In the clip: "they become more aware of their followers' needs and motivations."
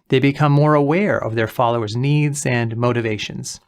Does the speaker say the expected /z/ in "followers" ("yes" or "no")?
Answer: yes